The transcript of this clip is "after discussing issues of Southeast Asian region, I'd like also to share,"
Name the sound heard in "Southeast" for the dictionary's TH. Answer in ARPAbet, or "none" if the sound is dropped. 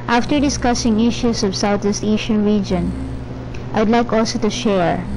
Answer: T